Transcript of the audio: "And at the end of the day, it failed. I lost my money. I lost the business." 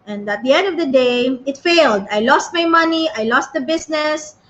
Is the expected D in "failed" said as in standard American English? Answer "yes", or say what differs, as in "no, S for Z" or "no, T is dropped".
yes